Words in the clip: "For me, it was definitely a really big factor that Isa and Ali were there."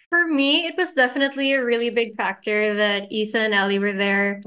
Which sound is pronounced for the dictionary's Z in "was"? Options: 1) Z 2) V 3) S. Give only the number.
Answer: 1